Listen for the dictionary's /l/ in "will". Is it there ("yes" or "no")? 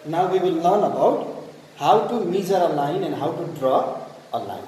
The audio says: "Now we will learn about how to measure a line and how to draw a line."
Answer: yes